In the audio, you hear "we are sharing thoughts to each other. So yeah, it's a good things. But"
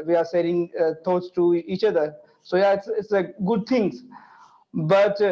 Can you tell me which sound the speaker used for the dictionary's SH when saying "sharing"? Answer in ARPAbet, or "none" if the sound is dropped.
S